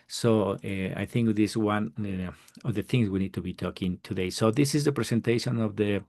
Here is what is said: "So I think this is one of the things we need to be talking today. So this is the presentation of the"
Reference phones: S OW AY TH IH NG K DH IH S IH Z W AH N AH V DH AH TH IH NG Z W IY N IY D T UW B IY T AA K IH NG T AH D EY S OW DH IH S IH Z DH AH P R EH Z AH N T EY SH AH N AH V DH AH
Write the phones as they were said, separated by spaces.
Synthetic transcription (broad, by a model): S OW AY TH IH NG K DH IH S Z W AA N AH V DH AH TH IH NG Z W IY N IY D T UW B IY T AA K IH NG T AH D EY S OW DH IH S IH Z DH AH P R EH S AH N T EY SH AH N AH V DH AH